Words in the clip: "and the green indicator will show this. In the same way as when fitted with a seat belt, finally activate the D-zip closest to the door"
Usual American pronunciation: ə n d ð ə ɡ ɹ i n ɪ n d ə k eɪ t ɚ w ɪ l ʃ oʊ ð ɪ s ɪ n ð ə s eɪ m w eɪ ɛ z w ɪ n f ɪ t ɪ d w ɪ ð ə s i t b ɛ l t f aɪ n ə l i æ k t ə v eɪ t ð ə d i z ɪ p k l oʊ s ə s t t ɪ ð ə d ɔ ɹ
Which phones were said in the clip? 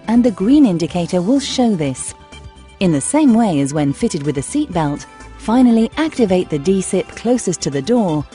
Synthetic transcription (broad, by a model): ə n ð ə ɡ ɹ i n ɪ n d ə k eɪ t ɚ w ɪ l ʃ oʊ ð ɪ s ɪ n ð ə s eɪ m w eɪ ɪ z w ɪ n f ɪ t ɪ d w ɪ ð ə s i t b ɛ l t f aɪ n l i æ k t ə v eɪ t ð ə d i s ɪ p k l oʊ s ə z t t ɪ ð ə d ɔ ɹ